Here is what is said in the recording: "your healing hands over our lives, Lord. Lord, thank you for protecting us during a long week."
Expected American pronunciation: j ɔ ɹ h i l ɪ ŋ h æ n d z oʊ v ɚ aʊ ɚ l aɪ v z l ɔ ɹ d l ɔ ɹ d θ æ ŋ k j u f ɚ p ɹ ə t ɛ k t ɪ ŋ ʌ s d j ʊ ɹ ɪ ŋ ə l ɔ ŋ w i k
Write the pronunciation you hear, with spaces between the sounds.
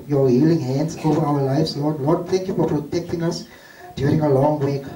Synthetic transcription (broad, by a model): j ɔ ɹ h i l ɪ ŋ h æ n d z oʊ v ɚ aʊ ɚ l aɪ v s l ɔ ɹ d l ɔ d t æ ŋ k j u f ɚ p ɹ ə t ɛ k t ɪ ŋ ʌ s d j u ɹ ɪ ŋ ə l ɔ ŋ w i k